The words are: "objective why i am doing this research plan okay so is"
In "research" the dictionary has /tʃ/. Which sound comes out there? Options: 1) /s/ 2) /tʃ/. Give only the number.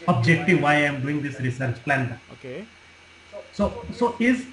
2